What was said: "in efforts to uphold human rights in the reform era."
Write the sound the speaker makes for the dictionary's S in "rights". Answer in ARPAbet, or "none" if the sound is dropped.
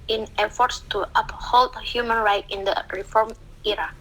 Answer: none